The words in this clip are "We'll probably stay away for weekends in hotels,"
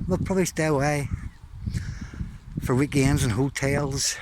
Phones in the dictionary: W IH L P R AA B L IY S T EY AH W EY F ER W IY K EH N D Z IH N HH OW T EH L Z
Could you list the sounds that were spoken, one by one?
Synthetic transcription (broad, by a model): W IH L P R AA B L IY S T EY AH W EY F ER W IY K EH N Z IH N HH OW T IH L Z